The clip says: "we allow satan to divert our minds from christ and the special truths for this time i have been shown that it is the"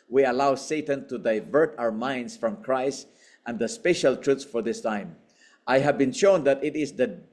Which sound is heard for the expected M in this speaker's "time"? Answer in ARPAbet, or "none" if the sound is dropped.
M